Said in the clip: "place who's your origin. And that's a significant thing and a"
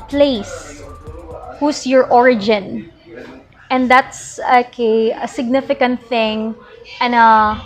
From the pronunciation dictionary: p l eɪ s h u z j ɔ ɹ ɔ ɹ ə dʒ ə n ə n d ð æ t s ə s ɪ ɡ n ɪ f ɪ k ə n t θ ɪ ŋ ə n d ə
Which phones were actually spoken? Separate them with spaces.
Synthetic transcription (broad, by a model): p l eɪ s h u s j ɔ ɹ ɔ ɹ ə dʒ ə n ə n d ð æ t s ə s ɪ ɡ n ɪ f ɪ k ə n t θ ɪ ŋ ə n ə